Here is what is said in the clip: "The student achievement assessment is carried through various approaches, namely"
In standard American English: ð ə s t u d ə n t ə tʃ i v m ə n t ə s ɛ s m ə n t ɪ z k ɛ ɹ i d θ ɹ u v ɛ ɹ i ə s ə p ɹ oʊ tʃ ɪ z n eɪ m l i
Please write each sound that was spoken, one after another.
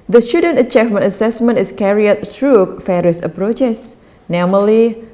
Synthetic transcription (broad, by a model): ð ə s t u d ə n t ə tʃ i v m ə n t ə s ɛ s m ə n t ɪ s k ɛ ɹ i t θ ɹ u f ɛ ɹ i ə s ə p ɹ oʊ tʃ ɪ s n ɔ m l i